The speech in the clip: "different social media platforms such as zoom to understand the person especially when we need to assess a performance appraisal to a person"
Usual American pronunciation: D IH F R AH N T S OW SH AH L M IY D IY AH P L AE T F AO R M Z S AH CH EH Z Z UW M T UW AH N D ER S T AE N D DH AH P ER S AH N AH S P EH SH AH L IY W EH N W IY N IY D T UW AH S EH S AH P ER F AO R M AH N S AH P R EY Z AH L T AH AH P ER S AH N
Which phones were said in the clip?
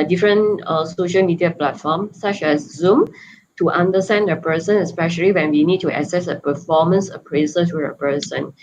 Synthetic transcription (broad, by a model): D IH F R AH N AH S OW SH AH L M IY D IY AH P L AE T F AO M S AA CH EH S Z UW M T UW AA N D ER S T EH N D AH P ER S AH N AH S P EH SH AH L IY W EH N W IY N IY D T UW AH S EH S AH P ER F AO M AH N S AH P R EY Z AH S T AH AH P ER S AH N